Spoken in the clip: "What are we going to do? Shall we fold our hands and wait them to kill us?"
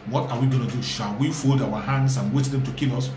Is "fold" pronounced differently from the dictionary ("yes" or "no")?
no